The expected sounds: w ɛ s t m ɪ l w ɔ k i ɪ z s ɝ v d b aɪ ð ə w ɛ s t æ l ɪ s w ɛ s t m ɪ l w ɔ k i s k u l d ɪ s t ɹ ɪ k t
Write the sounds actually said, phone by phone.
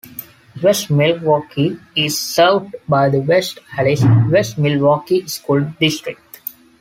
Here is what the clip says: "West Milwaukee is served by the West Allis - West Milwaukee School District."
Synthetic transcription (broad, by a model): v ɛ s t m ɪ l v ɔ k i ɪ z s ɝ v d b aɪ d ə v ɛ s t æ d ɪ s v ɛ s t m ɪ l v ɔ k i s k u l d ɪ s t ɹ ɪ k t